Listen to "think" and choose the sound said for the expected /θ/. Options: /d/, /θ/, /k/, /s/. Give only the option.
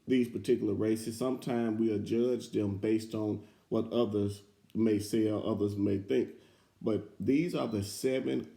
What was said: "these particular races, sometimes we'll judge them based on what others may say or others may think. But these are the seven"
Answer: /θ/